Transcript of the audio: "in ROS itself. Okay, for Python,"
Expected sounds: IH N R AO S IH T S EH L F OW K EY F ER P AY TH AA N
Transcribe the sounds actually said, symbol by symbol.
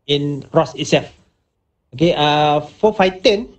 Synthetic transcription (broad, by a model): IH N R AO S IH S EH F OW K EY F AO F AY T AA N